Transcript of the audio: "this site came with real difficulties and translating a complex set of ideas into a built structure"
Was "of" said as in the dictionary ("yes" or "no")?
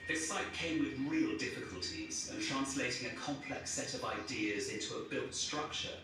yes